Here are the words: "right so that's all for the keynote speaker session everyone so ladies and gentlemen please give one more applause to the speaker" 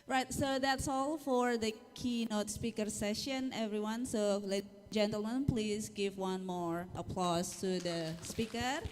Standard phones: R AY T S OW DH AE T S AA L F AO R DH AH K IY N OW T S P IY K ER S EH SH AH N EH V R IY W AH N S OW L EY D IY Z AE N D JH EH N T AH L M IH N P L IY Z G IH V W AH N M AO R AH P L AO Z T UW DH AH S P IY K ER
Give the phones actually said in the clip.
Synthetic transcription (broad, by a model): R AY T S OW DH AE T S AA L F AO R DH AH K IY N OW T S P IY K ER S EH SH AH N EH V R IY W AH N S OW L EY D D JH EH N T AH L M IH N P L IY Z G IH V W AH N M AO R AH P L AO S T UW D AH S P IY K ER